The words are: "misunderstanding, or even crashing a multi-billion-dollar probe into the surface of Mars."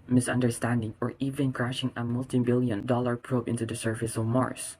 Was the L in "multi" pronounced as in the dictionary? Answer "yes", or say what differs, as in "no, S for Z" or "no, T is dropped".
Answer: yes